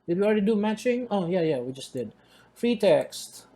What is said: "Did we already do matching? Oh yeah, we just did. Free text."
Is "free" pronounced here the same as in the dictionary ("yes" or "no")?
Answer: yes